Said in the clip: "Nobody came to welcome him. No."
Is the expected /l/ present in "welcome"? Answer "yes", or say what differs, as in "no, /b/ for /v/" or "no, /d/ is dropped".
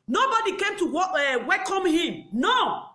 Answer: no, /w/ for /l/